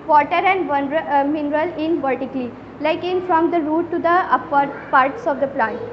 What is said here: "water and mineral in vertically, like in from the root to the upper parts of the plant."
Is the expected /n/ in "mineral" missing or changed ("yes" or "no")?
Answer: no